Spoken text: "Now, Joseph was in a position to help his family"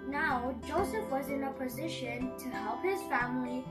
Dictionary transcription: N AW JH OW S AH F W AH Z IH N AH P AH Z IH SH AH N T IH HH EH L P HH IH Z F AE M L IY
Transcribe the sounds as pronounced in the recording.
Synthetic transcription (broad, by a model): N AW JH OW S AH F W AH Z IH N AH P AH Z IH SH AH N T IH HH EH L P HH IH Z F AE M L IY